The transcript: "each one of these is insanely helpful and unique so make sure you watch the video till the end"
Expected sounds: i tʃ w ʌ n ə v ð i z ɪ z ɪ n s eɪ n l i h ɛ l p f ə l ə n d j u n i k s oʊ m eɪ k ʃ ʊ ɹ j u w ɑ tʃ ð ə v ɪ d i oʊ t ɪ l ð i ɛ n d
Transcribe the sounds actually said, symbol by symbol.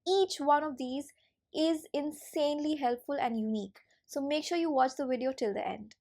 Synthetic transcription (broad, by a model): i tʃ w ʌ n ə v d i z ɪ z ɪ n s eɪ n l i h ɛ l p f ə l ə n d j u n i k s oʊ m eɪ k ʃ ʊ ɹ j u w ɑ tʃ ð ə v ɪ d i oʊ t ɪ l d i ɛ n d